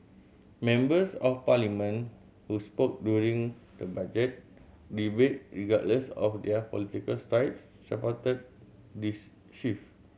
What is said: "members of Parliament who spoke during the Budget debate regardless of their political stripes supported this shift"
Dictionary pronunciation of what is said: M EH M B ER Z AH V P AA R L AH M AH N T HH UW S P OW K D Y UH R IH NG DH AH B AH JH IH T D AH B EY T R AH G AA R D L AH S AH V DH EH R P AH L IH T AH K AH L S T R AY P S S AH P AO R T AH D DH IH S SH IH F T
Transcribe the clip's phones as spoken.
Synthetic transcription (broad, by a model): M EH M B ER S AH F P AA L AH M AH N HH UW S P OW K D Y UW R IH NG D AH B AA JH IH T D AH B EY T R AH G AA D L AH S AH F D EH P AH L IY T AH K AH L S T R AY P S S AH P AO T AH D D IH S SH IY F